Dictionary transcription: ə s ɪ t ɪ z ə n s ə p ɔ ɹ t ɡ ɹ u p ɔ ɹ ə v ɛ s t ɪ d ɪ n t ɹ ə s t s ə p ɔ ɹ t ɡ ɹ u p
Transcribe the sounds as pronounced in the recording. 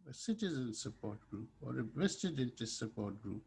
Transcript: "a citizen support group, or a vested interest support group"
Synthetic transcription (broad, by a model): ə s ɪ t ɪ z ə n s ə p ɔ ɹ t ɡ ɹ u p ɔ ɹ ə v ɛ s t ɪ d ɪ n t ə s s ə p ɔ ɹ t ɡ ɹ u p